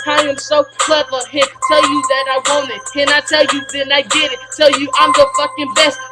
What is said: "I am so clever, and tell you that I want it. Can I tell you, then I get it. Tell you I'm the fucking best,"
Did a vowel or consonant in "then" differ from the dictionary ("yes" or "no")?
yes